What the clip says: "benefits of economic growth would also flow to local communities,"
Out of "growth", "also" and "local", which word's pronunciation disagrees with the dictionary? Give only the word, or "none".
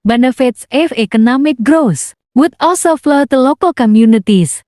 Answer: growth